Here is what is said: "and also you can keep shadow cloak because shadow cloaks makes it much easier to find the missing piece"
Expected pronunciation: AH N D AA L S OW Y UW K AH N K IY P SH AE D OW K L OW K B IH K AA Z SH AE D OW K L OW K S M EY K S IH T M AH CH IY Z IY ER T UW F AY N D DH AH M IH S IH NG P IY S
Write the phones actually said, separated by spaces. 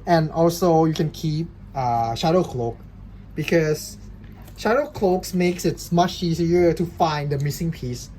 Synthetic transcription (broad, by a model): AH N AA L S OW Y UW K AH N K IY P SH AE D OW K L OW K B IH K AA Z SH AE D OW K L OW K S M EY K S IH T M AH CH IY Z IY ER T UW F AY N D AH M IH S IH NG P IY S